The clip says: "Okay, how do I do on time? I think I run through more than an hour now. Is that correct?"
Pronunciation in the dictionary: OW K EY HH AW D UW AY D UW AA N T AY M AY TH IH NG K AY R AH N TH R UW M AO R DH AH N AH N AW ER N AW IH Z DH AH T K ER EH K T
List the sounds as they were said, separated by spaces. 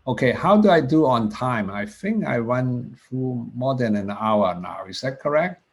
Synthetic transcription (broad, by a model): OW K EY HH AW D UW AY D UW AA N T AY M AY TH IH NG K AY W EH N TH R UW M AO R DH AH N AH N AW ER N AW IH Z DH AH T K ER EH K T